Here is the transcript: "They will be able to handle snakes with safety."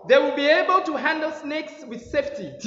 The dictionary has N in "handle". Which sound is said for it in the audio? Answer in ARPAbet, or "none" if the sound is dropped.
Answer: N